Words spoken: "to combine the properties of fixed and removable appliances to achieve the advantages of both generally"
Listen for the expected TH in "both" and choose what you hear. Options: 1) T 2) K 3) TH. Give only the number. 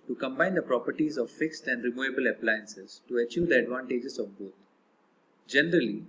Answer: 1